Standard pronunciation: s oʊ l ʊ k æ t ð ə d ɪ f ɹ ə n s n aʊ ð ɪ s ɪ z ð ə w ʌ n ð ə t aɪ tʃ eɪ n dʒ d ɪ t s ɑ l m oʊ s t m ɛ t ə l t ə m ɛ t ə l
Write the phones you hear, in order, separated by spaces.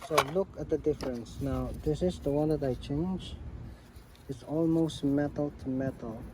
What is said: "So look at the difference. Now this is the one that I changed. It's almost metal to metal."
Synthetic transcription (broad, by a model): s oʊ l ʊ k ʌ t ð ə d ɪ f ɹ ə n s n aʊ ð ɪ s ɪ z ð ə w ʌ n ð ə t aɪ tʃ eɪ n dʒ ɪ t s ɑ l m oʊ s t m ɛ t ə l t ə m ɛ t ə l